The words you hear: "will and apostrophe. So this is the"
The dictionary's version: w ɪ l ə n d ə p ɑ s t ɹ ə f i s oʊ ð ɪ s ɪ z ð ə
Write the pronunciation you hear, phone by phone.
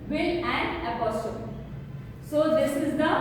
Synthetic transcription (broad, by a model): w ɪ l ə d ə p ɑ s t ə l s oʊ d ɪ s ɪ z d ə